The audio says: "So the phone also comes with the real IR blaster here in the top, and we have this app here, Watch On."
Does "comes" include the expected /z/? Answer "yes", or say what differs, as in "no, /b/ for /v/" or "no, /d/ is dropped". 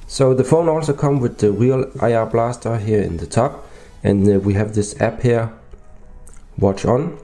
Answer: no, /z/ is dropped